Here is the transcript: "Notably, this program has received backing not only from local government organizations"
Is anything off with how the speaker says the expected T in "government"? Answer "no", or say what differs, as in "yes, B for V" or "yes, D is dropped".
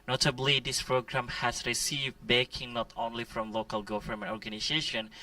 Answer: yes, T is dropped